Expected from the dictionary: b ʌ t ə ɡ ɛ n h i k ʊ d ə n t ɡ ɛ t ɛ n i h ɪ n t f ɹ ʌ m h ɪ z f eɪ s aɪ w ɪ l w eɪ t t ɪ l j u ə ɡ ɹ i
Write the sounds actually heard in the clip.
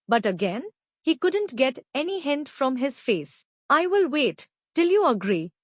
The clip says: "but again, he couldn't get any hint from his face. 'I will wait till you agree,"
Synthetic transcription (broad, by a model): b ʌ t ə ɡ ɛ n h i k ʊ d ə n t ɡ ɛ t ɛ n i h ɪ n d f ɹ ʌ m h ɪ z f eɪ s aɪ w ɪ l w eɪ t t ɪ l j u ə ɡ ɹ i